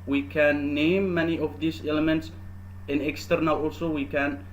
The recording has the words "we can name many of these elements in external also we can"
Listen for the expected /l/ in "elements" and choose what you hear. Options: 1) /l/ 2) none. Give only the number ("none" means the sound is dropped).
1